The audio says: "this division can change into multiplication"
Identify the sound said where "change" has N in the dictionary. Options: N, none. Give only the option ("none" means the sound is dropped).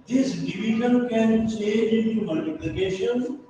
none